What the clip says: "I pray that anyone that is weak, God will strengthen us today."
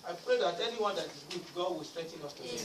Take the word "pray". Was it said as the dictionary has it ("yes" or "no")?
yes